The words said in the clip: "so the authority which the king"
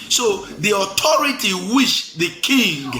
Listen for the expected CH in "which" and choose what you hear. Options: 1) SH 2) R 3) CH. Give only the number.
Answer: 1